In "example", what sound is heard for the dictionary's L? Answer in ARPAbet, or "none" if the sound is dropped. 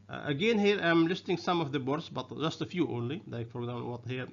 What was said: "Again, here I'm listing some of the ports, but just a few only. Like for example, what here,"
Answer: N